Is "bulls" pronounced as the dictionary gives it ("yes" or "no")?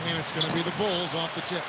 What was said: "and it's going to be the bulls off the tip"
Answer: yes